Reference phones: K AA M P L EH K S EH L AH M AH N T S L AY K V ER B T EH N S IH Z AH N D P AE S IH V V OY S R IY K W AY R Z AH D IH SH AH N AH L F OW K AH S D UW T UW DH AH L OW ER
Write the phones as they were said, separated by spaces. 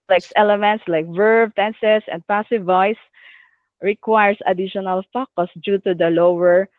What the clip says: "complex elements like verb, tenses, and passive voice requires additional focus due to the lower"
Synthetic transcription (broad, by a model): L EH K S EH L AH M AH N T S L AY K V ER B T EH N S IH S AH N D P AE S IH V V OY S R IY K W AY R S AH D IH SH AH N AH L F OW K AH S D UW T UW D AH L OW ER